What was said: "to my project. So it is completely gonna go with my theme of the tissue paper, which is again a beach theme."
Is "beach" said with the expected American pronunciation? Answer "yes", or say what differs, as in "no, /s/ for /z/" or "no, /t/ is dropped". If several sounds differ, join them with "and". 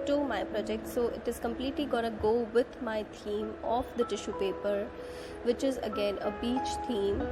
yes